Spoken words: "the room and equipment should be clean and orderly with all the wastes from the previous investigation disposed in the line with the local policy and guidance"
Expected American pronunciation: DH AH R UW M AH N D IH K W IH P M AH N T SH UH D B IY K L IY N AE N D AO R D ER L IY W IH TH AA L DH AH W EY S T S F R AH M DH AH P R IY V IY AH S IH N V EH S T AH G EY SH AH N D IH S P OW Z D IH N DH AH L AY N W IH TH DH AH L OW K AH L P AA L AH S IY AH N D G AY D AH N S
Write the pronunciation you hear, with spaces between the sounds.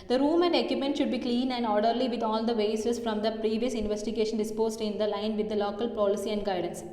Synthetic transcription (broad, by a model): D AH R UW M AH N D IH K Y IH P M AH N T SH UH D B IY K L IY N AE N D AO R D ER L IY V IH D AA L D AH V EY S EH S F R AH M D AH P R IY V IY AH S IH N V EH S T AH G EY SH AH N D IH S P OW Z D IH N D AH L AY N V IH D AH L OW K AH L P AA L AH S IY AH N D G AY D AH N S